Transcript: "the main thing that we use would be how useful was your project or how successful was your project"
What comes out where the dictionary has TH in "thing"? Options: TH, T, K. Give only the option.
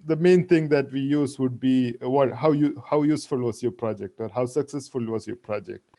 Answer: T